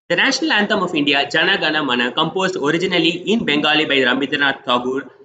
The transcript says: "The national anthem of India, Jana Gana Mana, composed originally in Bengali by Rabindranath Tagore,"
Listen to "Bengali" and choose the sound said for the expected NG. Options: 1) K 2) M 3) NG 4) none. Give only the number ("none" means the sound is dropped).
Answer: 3